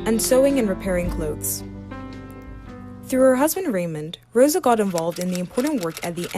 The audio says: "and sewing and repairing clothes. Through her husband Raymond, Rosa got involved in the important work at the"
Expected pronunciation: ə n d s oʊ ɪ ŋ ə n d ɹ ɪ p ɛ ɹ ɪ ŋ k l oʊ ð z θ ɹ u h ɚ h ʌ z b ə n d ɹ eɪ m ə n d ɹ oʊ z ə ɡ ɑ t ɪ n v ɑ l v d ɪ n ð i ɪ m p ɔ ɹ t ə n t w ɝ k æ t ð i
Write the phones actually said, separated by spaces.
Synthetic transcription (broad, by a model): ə n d s oʊ ɪ ŋ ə n ɹ ɪ p ɛ ɹ ɪ ŋ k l oʊ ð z θ ɹ u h ɚ h ʌ z b ə n d ɹ eɪ m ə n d ɹ oʊ z ə ɡ ɑ t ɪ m v ɑ l v d ɪ n ð i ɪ m p ɔ ɹ t n t w ɝ k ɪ t ð i